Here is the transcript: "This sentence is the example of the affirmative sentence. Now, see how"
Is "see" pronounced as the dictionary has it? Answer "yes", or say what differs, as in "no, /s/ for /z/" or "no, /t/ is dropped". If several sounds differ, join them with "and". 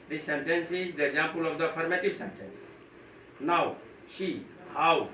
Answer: no, /ʃ/ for /s/